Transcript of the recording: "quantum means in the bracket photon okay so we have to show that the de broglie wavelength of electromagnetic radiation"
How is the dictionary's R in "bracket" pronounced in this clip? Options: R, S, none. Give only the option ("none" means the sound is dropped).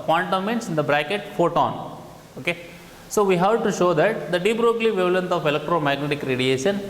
R